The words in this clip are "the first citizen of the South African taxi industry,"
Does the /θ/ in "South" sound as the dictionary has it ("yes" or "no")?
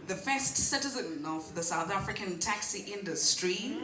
yes